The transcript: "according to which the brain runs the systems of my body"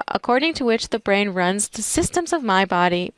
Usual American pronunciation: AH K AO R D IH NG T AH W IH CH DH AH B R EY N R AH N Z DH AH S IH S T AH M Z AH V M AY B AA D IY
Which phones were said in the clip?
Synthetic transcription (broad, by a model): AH K AO R D IH NG T AH W IH CH DH AH B R EY N R AH N Z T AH S IH S T AH M Z AH V M AY B AA D IY